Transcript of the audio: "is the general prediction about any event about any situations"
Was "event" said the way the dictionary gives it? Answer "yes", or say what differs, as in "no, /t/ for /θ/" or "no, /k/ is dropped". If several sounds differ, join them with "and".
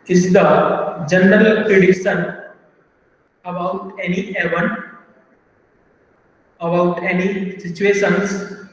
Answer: no, /t/ is dropped